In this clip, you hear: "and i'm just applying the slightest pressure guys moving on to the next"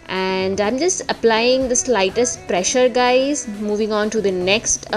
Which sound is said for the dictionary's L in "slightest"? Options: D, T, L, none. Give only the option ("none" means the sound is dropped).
L